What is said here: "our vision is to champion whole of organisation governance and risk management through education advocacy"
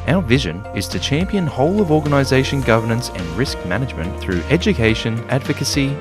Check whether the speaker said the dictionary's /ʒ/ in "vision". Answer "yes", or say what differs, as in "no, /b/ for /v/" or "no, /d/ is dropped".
yes